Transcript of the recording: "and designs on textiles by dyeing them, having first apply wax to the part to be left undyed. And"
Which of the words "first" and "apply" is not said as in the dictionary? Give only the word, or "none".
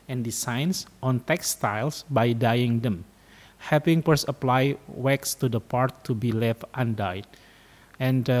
first